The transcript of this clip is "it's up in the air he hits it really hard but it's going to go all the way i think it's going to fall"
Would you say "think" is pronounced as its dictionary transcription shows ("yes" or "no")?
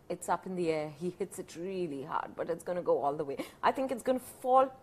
yes